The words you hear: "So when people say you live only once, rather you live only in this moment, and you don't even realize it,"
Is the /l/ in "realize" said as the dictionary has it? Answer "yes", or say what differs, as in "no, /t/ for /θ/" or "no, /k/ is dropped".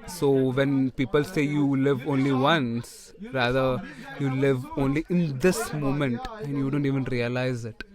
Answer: yes